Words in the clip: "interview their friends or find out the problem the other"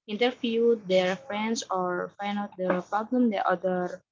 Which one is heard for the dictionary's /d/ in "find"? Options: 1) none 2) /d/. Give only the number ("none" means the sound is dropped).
1